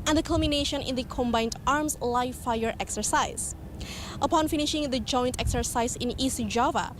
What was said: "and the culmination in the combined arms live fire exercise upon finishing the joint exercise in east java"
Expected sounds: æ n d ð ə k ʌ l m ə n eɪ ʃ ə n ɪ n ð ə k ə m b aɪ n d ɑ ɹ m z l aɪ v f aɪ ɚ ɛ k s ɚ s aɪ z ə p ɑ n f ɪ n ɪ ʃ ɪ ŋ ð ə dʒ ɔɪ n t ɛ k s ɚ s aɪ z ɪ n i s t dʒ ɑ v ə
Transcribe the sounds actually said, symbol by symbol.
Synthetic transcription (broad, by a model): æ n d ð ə k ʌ l m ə n eɪ ʃ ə n ɪ n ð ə k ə m b aɪ n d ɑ ɹ m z l aɪ f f aɪ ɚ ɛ k s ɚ s aɪ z ə p ɑ n f ɪ n ɪ ʃ ɪ ŋ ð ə dʒ ɔɪ n t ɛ k s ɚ s aɪ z ɪ n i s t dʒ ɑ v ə